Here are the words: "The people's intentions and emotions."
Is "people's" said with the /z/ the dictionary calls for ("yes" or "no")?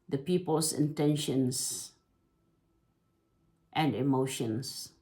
no